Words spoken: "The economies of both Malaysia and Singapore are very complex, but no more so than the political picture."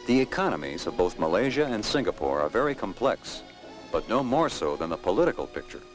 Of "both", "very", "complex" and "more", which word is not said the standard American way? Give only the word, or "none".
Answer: none